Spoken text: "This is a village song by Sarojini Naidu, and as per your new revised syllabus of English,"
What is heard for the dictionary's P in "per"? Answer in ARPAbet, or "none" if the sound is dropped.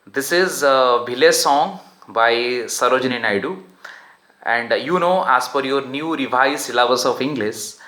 F